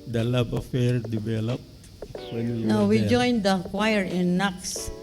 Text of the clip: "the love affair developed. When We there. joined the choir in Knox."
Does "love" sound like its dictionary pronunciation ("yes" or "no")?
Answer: no